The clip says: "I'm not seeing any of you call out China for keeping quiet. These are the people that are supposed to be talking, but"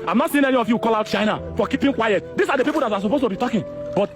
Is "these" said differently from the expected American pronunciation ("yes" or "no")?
yes